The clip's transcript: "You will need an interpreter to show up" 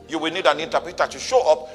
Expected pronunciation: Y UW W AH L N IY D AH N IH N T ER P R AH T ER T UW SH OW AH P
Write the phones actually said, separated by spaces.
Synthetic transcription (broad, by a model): Y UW W AH L N IY D AH N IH N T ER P AH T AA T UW SH OW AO P